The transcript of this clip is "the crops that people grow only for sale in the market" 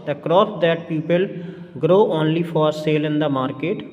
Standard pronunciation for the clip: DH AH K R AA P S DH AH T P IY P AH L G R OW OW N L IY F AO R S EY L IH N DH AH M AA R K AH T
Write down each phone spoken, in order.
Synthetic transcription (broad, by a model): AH K R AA S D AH T P IY P AH L G R OW OW N L IY F AO R S EY L IH N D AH M AA R K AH T